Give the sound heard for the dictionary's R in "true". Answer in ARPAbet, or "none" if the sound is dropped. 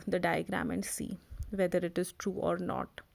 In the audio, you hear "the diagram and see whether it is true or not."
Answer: R